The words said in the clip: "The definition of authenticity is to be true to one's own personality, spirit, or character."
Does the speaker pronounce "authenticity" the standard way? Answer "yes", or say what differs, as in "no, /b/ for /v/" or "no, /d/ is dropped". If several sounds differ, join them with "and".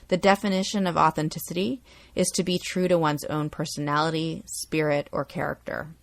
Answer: yes